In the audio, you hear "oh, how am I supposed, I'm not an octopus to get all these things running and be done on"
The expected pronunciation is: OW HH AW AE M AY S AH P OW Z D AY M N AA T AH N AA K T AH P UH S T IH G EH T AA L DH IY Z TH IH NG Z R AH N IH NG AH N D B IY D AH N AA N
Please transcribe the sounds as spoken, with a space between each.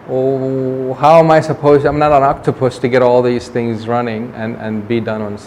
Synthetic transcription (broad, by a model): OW HH AW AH M AY S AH P OW Z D AY M N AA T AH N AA K T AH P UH S T IH G EH T AA L DH IY Z TH IH NG Z R AH N IH NG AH N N B IY D AH N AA N